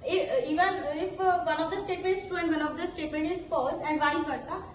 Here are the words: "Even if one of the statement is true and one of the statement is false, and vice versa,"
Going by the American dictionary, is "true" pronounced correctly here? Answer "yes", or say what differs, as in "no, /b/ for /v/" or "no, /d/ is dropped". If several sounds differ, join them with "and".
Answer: no, /ɹ/ is dropped